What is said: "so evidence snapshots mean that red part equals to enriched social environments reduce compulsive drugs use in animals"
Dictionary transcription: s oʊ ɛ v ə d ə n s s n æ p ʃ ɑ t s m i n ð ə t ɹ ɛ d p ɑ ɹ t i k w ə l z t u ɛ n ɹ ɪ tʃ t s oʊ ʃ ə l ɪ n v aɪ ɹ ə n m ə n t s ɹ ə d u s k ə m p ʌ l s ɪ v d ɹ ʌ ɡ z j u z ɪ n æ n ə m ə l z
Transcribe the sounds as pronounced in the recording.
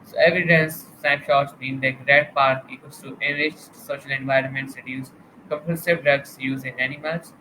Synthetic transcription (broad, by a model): s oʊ ɛ v ə d ə n s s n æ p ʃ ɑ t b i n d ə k ɹ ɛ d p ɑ ɹ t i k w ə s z t u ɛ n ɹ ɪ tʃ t s oʊ ʃ ə l ɪ n v aɪ ɹ ə n m ə n t s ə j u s k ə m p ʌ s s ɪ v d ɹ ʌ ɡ s j u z ɪ n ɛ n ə m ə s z